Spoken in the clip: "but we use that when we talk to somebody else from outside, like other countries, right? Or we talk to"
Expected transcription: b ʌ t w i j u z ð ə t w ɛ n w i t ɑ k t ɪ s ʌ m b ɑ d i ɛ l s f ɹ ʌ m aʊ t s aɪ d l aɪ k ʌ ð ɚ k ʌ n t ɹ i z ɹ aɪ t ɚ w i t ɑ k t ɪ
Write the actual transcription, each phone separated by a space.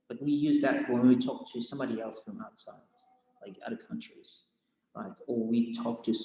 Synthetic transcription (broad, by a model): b ʌ t w i j u z ð ə t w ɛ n w i t ɑ k t ɪ s ʌ m b ɑ d i ɛ l s f ɹ ʌ m aʊ t s aɪ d l aɪ k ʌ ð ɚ k ʌ n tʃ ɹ i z ɹ aɪ t ɚ w i t ɑ k t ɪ